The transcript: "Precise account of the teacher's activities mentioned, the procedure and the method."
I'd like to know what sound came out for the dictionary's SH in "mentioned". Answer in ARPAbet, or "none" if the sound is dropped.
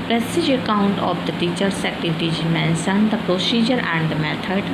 S